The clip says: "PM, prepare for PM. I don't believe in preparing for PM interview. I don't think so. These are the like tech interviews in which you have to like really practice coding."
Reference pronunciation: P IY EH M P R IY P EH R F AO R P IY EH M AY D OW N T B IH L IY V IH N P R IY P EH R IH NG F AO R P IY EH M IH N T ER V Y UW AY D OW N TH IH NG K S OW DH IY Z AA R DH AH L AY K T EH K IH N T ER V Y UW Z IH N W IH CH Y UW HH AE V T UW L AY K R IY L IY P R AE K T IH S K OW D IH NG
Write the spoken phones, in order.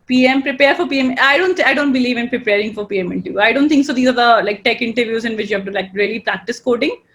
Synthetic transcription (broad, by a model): P IY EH M P R IY P EH R F AO R P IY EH M AY D OW N T B IH L IY V IH N P R IY P EH R IH NG F AO R P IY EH M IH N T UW Y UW AY D OW N T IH NG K S OW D IY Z AA R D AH L AY K T EH K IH N T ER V Y UW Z IH N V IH CH Y UW HH AE V T UW L AY K R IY L IY P R AE K T IH S K OW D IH NG